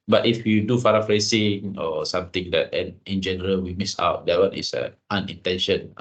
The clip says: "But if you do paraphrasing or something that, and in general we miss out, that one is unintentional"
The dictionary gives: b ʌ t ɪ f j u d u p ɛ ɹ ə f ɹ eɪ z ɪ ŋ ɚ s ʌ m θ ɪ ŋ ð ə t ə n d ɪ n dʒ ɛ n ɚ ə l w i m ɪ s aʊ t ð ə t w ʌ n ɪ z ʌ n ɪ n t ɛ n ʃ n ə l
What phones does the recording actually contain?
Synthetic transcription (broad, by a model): b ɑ t ɪ f j u d u f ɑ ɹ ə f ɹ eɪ s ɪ ŋ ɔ s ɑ m t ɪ ŋ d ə t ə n ɪ n dʒ ɛ n ɚ ə l w i m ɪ s aʊ t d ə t w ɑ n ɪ s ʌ n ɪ n t ɛ n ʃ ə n